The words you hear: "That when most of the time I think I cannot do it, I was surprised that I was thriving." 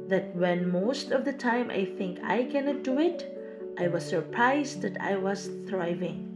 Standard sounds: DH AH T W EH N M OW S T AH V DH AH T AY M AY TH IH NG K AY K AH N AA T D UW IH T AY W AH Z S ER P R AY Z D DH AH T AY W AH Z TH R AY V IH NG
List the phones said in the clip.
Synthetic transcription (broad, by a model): DH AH T W EH N M OW S T AH V DH AH T AY M AY TH IH NG K AY K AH N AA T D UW IH T AY W AH Z S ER P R AY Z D DH AH T AY W AH Z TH R AY V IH NG